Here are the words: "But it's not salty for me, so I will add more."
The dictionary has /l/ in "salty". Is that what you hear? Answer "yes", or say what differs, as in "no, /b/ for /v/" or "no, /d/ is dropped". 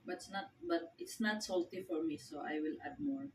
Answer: yes